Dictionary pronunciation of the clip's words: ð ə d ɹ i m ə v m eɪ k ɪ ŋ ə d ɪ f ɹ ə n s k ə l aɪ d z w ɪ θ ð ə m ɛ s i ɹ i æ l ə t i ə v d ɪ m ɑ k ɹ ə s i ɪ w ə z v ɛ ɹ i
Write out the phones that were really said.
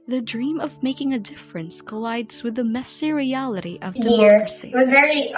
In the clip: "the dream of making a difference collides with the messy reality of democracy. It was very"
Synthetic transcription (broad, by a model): ð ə d ɹ i m ə v m eɪ k ɪ ŋ ə d ɪ f ɹ ə n s k ə l aɪ d z w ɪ ð ə m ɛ s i ɹ i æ l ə t i ə v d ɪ ʌ ɹ s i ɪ w ə z v ɛ ɹ i